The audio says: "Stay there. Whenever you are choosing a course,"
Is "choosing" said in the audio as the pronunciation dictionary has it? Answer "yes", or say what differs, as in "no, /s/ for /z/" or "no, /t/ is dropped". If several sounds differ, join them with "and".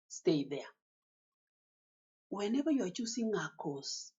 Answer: no, /s/ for /z/